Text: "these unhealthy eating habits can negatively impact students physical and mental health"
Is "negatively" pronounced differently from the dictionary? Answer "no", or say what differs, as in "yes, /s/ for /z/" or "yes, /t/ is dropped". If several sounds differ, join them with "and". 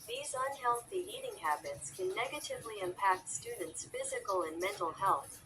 no